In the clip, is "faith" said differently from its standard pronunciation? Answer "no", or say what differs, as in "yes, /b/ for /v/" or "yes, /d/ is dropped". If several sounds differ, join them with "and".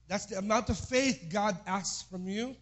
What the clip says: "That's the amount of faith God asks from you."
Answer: no